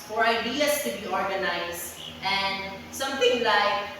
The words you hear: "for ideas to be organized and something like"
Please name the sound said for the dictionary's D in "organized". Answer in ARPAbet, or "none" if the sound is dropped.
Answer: none